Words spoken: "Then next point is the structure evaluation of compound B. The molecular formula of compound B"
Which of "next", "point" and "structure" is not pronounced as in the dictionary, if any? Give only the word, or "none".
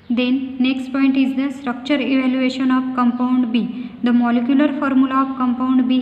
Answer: none